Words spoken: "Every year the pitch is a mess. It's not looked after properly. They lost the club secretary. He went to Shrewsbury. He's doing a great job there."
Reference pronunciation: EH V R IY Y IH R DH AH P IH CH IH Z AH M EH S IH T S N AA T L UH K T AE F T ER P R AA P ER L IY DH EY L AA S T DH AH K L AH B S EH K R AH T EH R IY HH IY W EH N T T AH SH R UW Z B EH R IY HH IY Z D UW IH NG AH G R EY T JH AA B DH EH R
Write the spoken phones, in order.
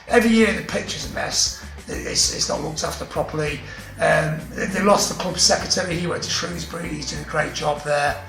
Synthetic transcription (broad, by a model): EH V R IY Y IH R DH AH P IH CH IH Z AH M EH S IH T S N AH T L UH K T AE F T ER P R AA P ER L IY DH EY L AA S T DH AH K L AH B S EH K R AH T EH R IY HH IY W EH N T T AH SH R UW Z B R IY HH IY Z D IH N AH G R EY T JH AA B DH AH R